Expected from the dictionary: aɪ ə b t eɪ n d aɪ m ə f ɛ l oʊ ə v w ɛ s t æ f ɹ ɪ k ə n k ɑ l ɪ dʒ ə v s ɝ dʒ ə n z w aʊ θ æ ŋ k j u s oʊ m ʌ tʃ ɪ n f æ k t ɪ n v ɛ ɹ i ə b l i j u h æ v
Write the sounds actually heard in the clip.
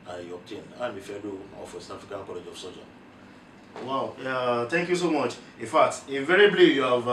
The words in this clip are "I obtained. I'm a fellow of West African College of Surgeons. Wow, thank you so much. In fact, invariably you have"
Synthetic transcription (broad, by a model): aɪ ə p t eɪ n aɪ m ə f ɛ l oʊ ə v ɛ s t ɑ f ɹ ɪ k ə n k ɑ l ɪ dʒ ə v s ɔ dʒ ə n w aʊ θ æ ŋ k j u s oʊ m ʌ tʃ ɪ n f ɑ k t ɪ v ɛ ɹ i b l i j u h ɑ v